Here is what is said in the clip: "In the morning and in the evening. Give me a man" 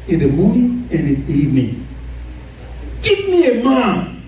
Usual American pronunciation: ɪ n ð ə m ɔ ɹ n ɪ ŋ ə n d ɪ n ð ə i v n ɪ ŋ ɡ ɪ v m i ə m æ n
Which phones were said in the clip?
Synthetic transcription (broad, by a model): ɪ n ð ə m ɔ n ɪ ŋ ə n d ɪ n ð i v n ɪ ŋ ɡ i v m i ə m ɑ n